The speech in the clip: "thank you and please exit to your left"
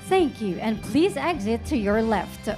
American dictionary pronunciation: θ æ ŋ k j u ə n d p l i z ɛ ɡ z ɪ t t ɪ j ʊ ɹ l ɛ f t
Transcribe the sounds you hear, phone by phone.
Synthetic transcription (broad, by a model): θ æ ŋ k j u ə n p l i z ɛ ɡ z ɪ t t ɪ j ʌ ɹ l ɛ f t